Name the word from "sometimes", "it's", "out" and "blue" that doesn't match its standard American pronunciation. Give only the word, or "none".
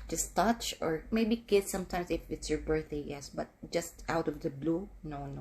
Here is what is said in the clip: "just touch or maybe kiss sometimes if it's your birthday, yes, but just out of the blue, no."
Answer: sometimes